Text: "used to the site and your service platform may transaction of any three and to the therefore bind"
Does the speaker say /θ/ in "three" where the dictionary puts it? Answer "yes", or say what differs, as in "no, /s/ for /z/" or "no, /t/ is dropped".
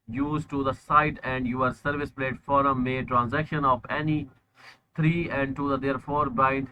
no, /t/ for /θ/